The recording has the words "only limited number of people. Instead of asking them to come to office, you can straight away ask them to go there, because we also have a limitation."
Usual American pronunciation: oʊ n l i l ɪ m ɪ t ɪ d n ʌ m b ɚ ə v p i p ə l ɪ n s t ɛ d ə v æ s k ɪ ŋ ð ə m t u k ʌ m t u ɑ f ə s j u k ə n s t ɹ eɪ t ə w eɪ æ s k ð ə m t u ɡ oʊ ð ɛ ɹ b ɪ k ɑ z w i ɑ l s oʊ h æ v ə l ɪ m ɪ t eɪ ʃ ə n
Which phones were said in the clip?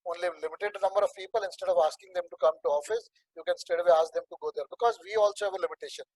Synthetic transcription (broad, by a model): oʊ n l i l ɪ m ɪ t ɪ d n ʌ m b ɚ ə v p i p ə l ɪ n s t ɛ d ə v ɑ s k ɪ ŋ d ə m t u k ʌ m t u ɑ f ə s j u k ə n s t eɪ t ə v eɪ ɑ s k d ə m t u ɡ oʊ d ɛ ɹ b ɪ k ɑ z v i ɑ l s oʊ h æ v ə l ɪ m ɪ t eɪ ʃ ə n